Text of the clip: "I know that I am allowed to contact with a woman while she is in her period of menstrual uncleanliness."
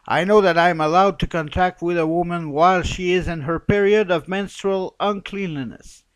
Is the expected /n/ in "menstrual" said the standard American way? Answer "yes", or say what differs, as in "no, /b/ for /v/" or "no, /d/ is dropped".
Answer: yes